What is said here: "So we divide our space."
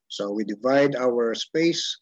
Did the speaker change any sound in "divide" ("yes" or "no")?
no